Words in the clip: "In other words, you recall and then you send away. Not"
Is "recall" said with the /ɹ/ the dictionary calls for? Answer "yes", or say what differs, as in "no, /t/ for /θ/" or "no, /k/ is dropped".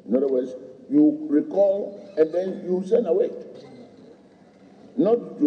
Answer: yes